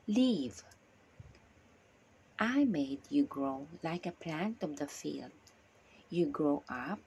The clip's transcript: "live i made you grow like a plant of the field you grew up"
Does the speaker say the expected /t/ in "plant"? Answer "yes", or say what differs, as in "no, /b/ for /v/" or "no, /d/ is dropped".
yes